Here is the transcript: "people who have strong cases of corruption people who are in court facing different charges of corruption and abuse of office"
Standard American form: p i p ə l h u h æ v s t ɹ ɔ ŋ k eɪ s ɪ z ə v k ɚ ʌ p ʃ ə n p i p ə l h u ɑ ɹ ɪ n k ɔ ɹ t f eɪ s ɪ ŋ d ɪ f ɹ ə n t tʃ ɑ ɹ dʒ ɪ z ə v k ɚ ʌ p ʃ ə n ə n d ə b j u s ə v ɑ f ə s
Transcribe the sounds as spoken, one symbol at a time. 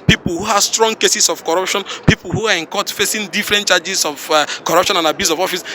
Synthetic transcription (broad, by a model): p i p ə l h u h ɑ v s t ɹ ɔ ŋ k eɪ s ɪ s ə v k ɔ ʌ p ʃ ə n p i p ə l h u ɑ ɹ ɪ n k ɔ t f eɪ s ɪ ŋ d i f ɹ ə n t tʃ ɑ dʒ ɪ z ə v k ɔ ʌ p ʃ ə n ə n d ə b j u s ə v ɑ f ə s